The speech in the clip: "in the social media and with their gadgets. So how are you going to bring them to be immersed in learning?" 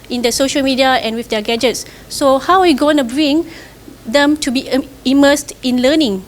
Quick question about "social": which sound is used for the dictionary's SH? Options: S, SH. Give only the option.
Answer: SH